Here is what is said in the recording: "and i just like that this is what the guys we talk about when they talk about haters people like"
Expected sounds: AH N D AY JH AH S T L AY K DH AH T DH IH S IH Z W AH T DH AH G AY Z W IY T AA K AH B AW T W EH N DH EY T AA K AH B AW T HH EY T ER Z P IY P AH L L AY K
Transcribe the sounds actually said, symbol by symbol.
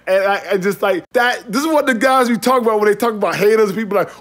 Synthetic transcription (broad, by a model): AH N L AY JH AH S T L AY K DH AH T DH IH S IH Z W AH T DH AH G AY Z W IY T AA K AH B AW T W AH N DH EY T AA K AH B AW T HH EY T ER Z P IY P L L AY K